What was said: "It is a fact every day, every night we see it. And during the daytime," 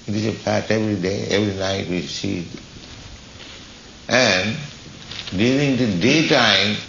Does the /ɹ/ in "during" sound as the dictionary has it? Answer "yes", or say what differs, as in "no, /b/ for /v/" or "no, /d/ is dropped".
no, /l/ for /ɹ/